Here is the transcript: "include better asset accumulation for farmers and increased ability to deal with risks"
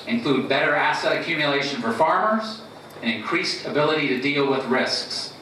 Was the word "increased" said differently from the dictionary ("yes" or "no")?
no